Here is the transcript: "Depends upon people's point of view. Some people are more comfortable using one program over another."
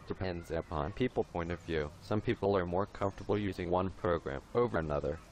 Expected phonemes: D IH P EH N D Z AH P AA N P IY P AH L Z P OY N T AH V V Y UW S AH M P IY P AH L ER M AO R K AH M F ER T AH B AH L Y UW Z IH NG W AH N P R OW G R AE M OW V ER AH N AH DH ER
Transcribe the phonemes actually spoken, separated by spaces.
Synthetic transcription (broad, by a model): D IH P EH N D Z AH P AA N P IY P L P OY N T AH V V Y UW S AH M P IY P L ER M AO R K AH M F T AH B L Y UW Z IH NG W AH N P R OW G R AE M OW V ER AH N AH DH ER